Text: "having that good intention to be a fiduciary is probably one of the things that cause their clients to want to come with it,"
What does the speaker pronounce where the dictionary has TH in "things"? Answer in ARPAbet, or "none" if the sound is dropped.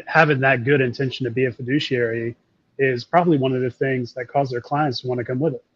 TH